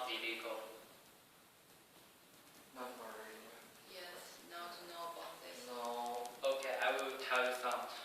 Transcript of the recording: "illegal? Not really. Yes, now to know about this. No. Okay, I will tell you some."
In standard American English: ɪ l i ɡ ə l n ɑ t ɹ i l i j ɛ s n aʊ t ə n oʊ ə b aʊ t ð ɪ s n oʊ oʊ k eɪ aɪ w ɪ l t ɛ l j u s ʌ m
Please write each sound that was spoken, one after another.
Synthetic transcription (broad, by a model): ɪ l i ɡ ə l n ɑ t w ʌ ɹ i j ɛ s n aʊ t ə n oʊ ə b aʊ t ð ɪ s n oʊ oʊ k eɪ aɪ w ɪ l t ɛ l j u s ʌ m